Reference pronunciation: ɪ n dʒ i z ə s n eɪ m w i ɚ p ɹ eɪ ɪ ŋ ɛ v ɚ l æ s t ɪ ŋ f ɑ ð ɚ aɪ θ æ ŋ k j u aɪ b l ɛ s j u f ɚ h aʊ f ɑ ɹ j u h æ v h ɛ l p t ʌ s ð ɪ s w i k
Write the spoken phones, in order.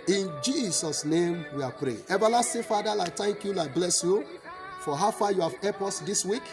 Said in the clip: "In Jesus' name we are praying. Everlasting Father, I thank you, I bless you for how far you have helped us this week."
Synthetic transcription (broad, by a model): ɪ n dʒ i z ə s n eɪ m w i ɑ p ɹ eɪ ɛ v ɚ l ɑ s t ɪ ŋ f ɑ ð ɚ aɪ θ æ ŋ k j u aɪ b l ɛ s j u f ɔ h aʊ f ɑ j u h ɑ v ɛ p ɔ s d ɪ s w i k